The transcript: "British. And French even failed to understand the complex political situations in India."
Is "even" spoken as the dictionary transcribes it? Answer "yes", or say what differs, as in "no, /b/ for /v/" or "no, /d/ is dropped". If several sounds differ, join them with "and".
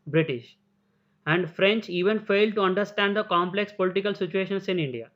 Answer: yes